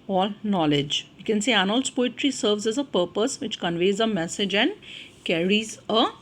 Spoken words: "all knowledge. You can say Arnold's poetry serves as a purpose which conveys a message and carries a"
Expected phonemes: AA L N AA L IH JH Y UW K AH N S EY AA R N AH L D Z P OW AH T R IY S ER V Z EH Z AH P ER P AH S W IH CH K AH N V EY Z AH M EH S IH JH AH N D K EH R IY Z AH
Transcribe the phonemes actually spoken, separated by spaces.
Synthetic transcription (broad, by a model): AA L N AA L IH JH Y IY K AH N S EY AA N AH L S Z P OW AH T R IY S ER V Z EH Z AH P ER P AH S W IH CH K AH N V EY Z AH M EH S IH JH AH N D K EH R IY Z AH